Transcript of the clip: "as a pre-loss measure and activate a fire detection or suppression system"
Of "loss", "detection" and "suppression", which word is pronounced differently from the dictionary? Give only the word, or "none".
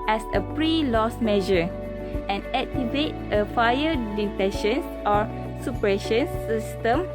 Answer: detection